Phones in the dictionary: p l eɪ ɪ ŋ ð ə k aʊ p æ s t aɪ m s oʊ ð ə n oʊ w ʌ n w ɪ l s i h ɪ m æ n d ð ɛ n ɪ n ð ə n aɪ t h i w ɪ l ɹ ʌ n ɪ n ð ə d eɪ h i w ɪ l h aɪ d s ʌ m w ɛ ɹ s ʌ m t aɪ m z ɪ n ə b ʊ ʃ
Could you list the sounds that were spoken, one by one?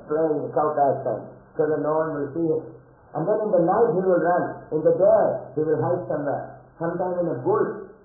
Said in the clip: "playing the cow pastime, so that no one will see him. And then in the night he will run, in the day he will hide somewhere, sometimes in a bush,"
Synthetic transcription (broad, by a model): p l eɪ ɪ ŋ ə k aʊ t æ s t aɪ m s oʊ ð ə n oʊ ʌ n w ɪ l s i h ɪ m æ n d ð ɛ n ɪ n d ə n aɪ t h i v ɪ l ɹ ʌ n ɪ n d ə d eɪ h i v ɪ l h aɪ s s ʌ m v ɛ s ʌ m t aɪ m ɪ n ə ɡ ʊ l